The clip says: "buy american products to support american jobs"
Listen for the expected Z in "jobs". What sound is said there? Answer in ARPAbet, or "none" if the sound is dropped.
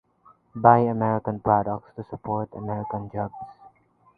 S